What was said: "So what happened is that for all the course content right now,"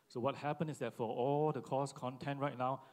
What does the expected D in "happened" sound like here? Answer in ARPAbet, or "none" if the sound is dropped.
none